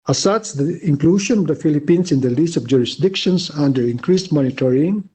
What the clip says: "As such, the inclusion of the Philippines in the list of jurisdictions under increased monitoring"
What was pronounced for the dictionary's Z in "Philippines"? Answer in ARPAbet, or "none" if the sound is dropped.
S